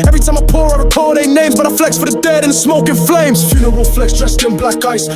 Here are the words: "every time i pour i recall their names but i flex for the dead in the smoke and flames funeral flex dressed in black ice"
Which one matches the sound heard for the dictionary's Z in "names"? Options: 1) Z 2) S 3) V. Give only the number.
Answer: 1